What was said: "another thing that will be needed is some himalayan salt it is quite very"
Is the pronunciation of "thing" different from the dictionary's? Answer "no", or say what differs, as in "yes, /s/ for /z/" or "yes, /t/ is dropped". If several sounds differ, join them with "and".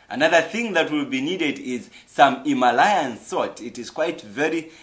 no